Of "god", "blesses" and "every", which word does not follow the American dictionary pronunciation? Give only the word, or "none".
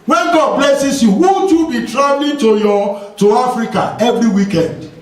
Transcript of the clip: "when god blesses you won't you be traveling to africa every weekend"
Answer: blesses